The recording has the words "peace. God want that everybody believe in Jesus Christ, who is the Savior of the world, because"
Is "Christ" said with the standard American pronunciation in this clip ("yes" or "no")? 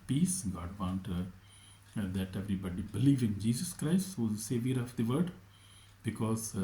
yes